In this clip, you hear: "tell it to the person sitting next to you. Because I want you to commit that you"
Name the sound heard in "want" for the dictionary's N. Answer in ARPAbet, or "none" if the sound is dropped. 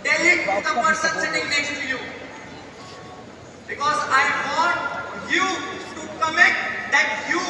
none